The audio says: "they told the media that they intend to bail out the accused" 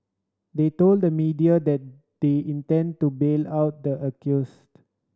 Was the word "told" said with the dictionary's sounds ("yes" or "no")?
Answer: yes